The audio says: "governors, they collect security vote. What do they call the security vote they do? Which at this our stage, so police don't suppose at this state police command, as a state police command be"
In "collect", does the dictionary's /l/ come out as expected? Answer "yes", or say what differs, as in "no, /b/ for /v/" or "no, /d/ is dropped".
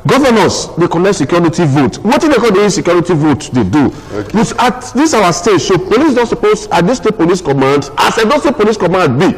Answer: no, /n/ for /l/